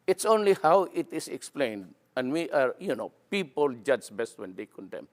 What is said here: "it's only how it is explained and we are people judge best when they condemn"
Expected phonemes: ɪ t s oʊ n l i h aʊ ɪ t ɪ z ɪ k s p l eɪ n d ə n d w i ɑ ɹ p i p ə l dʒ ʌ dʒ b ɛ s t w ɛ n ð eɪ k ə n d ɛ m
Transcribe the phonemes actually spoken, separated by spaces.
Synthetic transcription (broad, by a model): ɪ t s oʊ n l i h aʊ ɪ t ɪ s ɪ k s p l eɪ n d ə n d w i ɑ ɹ p i p ə l dʒ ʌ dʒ b ɛ s t w ɛ n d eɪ k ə n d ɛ m